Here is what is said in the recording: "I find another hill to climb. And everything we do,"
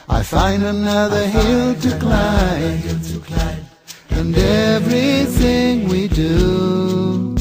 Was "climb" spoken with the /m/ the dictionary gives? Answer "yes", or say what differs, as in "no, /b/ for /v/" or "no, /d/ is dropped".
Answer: no, /m/ is dropped